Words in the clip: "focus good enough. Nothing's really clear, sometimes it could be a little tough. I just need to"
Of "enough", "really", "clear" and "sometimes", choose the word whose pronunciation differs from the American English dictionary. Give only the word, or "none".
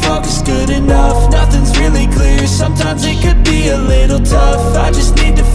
none